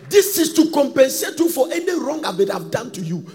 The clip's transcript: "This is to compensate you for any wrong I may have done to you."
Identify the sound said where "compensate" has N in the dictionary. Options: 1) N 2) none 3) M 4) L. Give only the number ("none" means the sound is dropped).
1